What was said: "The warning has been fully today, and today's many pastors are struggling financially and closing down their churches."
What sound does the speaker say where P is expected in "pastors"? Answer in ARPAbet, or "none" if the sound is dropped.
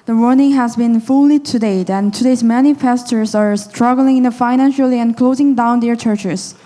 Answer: F